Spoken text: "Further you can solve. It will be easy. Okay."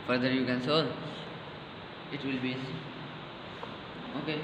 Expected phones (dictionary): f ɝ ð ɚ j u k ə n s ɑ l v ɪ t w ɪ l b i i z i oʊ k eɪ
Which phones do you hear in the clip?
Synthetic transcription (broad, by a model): f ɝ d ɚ j u k ə n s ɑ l ɪ t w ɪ l b i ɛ s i oʊ k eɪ